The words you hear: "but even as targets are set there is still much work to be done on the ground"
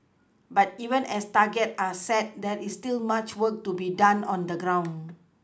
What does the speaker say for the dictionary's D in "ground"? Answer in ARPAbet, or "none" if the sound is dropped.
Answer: none